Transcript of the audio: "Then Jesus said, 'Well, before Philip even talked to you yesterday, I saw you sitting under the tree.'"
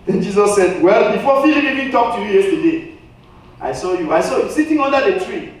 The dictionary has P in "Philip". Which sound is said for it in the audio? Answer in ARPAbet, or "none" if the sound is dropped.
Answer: none